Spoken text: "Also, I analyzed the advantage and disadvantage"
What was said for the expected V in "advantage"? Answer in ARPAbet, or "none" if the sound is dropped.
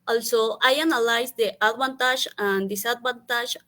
B